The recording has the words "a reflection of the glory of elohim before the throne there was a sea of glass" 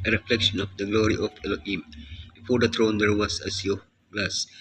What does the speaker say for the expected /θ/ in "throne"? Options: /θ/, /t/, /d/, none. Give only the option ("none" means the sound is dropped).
/t/